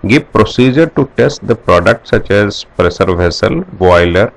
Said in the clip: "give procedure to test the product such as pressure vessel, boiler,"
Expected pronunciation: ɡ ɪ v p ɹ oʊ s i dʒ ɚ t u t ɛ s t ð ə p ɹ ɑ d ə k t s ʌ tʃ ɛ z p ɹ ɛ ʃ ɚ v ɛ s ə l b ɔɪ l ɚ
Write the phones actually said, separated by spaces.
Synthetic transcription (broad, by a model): ɡ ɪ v p ɹ oʊ s i dʒ ɚ t u t ɛ s t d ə p ɹ ɑ d ə k t s ʌ tʃ ɛ z p ɹ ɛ s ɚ v ɛ s ə l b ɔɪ l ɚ